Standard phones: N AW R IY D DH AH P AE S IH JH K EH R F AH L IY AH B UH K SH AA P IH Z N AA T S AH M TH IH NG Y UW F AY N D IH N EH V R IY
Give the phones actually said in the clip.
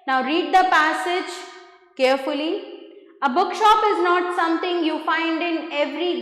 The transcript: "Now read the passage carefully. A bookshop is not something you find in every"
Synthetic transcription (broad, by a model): N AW R IY D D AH P AE S IH JH K EH R F AH L IY AH B UH K SH AA P IH Z N AA T S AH M T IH NG Y UW F AY N D IH N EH V R IY